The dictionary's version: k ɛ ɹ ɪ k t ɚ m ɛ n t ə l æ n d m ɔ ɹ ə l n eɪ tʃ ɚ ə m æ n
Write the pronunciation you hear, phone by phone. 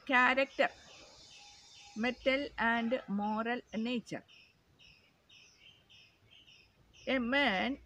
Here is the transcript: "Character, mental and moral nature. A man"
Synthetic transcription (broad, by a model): k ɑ ɹ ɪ k t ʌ m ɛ t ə l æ n d m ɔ ɹ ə l n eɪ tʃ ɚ ə m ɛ n